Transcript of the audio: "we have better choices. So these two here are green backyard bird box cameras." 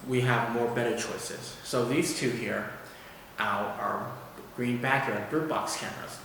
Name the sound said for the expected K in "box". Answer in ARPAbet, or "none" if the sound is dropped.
K